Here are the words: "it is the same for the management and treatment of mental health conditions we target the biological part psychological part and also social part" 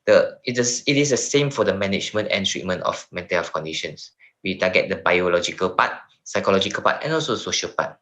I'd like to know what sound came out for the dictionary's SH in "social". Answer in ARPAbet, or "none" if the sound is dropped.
SH